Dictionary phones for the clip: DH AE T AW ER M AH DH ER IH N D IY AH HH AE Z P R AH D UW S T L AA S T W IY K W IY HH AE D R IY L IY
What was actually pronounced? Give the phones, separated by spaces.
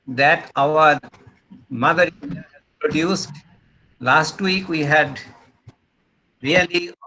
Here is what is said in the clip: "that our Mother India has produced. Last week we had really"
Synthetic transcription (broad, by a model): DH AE T AW ER M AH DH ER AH D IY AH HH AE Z P R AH D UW S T L AA S T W IY K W IY HH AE D R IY L IY